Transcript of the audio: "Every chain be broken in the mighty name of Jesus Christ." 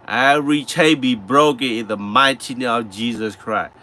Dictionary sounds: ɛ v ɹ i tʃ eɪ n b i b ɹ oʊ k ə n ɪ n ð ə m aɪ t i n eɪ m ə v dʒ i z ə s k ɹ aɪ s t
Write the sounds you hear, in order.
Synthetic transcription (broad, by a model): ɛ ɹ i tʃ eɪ b i b ɹ oʊ k ə n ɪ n ð ə m aɪ t i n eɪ ə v dʒ i z ə s k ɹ aɪ s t